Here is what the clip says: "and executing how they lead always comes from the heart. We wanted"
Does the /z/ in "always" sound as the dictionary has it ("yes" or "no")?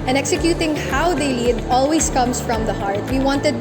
no